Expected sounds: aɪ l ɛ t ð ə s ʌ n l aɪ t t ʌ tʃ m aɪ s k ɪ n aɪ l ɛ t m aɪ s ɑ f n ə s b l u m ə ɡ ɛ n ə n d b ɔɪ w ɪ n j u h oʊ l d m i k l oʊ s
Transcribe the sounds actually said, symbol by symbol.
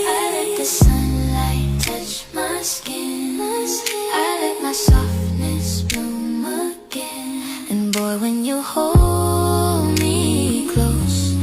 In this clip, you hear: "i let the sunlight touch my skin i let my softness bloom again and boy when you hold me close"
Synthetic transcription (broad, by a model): aɪ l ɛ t ð ə s ʌ n l aɪ t t ʌ tʃ m aɪ s k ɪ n aɪ l ɛ t m aɪ s ɑ f n ə s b u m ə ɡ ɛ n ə n b ɔɪ w ɪ n j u h oʊ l d m i k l oʊ s